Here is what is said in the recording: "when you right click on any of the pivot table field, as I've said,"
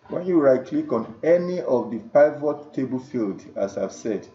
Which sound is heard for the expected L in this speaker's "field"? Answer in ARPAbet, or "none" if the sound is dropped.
L